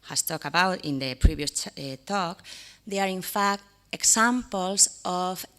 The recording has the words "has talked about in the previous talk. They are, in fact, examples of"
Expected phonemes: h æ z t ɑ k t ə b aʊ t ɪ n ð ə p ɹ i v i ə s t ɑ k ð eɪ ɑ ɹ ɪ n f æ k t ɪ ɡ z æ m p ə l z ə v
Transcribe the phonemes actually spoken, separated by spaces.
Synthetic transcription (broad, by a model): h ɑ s t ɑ k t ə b aʊ t ɪ n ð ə p ɹ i b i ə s t ɑ k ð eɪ ɑ ɹ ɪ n f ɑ k t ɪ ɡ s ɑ m p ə l s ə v